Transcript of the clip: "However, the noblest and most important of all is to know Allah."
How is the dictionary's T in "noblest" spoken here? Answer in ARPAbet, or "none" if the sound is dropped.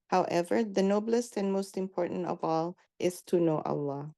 T